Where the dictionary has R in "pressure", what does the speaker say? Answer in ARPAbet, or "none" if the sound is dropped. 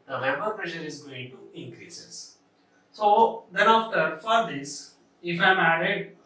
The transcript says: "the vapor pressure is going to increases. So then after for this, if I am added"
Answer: R